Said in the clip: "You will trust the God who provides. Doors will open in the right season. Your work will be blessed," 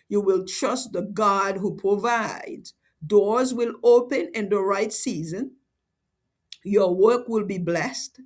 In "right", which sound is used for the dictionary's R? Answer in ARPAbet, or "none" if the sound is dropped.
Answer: R